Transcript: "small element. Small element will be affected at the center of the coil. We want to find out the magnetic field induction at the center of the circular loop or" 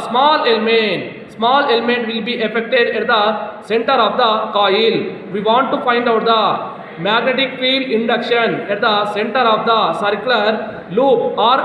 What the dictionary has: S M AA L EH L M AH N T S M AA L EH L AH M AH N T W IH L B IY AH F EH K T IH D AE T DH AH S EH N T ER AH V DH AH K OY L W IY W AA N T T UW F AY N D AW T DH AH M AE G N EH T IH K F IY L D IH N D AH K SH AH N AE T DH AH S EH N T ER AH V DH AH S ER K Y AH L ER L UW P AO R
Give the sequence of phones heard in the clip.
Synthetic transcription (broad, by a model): S M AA L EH L M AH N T S M AA L EH L AH M AH N T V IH L B IY AH F EH K T IH D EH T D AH S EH N T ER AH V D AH K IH L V IY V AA N T T UW F AY N D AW T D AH M AE G N EH T IH K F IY D IH N D AH K SH AH N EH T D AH S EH N T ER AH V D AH S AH K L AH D L UW P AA R